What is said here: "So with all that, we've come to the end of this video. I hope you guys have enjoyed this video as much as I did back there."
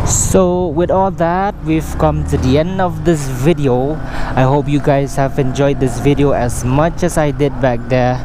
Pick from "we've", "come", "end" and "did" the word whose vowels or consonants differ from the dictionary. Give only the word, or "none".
none